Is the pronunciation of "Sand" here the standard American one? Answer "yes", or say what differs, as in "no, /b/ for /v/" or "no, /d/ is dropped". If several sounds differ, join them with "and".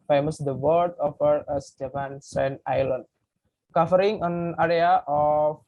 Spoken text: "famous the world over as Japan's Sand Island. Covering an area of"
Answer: no, /d/ is dropped